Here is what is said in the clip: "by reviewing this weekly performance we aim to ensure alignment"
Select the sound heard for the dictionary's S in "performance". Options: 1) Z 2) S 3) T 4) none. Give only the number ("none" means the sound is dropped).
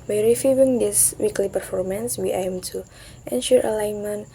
2